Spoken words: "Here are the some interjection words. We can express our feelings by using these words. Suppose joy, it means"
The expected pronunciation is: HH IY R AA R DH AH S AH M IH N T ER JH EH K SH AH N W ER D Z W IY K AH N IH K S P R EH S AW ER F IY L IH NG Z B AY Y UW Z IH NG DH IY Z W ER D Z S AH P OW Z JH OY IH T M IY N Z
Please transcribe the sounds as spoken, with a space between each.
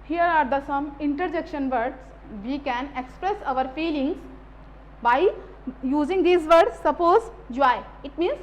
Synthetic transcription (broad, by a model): HH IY R AA R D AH S AH M IH N T ER JH EH K SH AH N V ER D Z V IY K AH N IH K S P R EH S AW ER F IY L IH NG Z B AY Y UW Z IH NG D IY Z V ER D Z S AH P OW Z JH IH IH T M IY N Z